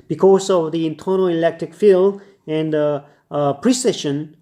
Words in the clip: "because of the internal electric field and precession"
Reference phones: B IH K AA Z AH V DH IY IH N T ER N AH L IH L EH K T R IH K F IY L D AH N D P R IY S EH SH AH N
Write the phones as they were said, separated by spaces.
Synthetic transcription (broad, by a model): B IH K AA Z AH V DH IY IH N T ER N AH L IH L EH K T R IH K F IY L AH N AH P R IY S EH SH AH N